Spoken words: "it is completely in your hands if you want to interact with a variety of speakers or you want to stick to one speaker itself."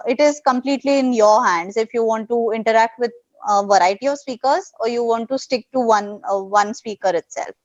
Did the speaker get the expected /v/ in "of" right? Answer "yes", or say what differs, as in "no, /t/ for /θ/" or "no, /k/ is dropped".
yes